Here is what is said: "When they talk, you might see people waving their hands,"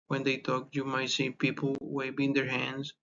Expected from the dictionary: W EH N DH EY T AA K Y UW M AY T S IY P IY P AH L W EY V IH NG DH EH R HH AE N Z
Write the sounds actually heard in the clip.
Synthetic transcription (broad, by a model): W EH N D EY T AA K Y UW M AY T S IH P IY P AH L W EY B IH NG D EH R HH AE N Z